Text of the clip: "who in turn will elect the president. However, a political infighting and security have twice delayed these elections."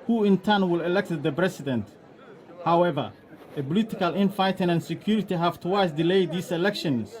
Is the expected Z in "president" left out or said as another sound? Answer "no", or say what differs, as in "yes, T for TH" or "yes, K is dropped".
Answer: yes, S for Z